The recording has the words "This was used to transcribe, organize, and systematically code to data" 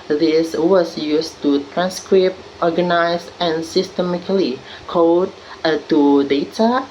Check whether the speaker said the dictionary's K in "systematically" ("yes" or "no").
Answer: no